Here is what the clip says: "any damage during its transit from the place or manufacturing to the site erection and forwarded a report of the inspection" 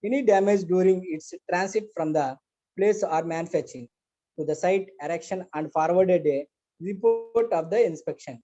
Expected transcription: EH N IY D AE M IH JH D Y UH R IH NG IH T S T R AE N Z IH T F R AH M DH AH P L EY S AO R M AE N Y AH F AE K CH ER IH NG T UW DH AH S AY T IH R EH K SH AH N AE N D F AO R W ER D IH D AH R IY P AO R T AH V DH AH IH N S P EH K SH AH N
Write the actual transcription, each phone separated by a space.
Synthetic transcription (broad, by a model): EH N IY D AE M IH JH D Y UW R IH NG IH T S T R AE N S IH T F R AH M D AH P L EY S AO R M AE N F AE CH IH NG T UW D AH S AY T IH R EH K SH AH N AE N D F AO R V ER D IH D AH R IY P AO R T AH V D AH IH N S P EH K SH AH N